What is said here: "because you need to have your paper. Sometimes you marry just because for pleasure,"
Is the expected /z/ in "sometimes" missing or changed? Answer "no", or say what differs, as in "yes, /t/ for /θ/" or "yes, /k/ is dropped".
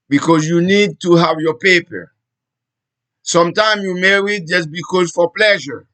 yes, /z/ is dropped